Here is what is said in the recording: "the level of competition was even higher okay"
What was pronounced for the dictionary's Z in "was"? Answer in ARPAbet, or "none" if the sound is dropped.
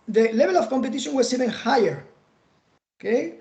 S